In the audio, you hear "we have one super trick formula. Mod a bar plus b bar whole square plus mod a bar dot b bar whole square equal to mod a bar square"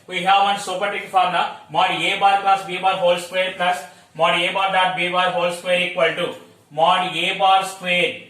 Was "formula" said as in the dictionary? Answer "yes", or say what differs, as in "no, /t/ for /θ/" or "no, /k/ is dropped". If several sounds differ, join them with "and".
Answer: no, /n/ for /l/